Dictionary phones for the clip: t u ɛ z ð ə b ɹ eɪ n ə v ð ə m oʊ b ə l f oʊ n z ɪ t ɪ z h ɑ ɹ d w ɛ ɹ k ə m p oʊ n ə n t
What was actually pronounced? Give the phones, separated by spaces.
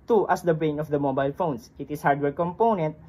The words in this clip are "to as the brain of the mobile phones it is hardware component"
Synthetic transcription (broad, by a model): t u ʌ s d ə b ɹ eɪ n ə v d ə m oʊ b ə l f oʊ n s ɪ t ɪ s h ɑ ɹ d w ɛ ɹ k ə m p oʊ n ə n t